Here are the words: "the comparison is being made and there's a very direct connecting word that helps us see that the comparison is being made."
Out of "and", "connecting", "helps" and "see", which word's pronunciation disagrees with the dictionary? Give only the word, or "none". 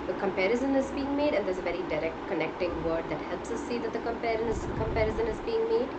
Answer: none